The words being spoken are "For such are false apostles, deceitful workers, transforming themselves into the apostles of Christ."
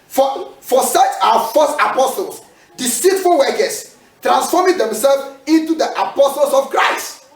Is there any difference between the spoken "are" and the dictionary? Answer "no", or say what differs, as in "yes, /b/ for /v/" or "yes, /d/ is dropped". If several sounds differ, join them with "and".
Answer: yes, /w/ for /ɹ/